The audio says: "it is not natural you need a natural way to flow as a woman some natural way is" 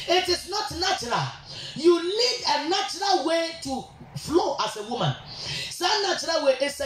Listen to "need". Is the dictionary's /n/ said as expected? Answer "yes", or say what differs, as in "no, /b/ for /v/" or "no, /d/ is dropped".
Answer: no, /l/ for /n/